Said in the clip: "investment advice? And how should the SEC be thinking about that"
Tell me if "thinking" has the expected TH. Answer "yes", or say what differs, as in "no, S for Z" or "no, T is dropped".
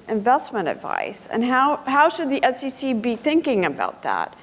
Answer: yes